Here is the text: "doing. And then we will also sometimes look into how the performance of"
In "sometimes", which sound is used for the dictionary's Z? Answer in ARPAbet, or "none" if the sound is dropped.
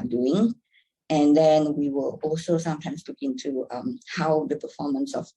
S